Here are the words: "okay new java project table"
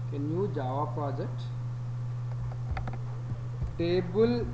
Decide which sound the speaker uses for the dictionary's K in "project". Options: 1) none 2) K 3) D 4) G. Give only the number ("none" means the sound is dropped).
1